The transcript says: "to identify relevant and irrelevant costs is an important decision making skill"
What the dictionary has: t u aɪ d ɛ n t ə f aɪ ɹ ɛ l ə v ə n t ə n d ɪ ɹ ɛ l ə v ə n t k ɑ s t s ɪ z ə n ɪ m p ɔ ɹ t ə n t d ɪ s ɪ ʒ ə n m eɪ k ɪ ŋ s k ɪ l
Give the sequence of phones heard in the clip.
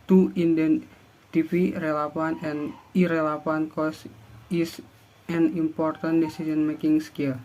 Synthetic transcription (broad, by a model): t u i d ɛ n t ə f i ɹ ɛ l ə f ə n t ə n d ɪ ɹ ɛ l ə f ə n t k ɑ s s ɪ s ə n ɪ m p ɔ ɹ t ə n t d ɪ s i s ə n m eɪ k ɪ ŋ s k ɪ l